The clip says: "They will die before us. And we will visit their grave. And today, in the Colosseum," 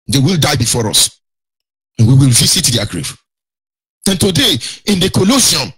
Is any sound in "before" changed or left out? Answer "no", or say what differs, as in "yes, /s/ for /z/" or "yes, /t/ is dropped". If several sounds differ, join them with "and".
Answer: no